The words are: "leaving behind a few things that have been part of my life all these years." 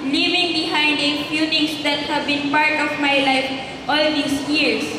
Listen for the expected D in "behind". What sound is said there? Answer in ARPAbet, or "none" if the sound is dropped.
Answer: D